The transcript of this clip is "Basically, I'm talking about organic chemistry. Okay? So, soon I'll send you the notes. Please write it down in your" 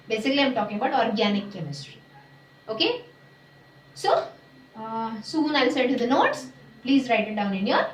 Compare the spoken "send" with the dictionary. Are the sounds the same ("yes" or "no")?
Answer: no